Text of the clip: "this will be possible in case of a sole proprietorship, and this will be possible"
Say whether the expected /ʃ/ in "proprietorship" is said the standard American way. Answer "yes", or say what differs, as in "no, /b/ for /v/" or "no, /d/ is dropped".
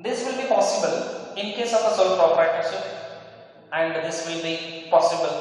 no, /s/ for /ʃ/